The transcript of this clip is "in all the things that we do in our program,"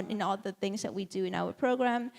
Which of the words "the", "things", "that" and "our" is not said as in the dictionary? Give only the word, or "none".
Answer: none